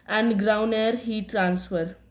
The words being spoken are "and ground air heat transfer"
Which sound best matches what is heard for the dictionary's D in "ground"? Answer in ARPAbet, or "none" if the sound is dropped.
none